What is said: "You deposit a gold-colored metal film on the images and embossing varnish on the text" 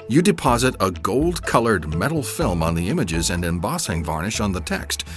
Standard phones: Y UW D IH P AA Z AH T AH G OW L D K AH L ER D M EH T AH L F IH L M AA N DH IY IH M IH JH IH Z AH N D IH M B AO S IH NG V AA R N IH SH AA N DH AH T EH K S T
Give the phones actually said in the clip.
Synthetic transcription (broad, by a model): Y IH D IH P AA Z AH T AH G OW L D K AH L ER D M EH T L F IH L M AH N DH IY IH M IH JH IH Z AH N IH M B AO S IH NG V AA R N IH SH N DH AH T EH K S T